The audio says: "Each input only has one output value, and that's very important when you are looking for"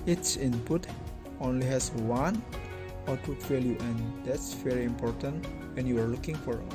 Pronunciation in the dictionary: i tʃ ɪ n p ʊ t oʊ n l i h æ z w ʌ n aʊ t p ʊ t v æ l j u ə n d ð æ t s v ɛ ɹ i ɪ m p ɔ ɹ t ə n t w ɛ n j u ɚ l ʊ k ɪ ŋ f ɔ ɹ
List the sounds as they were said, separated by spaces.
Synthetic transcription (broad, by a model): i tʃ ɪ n p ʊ t oʊ n l i h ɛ s w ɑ n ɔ t u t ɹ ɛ l j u ə n d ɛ t s v ɛ ɹ i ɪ m p ɔ ɹ t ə n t w ɛ n j u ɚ l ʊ k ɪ ŋ f ɔ ɹ